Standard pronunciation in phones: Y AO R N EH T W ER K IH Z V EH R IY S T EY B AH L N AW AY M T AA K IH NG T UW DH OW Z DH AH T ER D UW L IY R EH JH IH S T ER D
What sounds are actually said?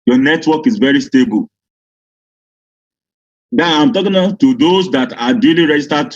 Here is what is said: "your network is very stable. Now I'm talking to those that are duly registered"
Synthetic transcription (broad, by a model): Y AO N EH T W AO K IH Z V EH R IY S T EY B AH L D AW AY M T AA K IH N T UW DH OW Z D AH T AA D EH L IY R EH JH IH S T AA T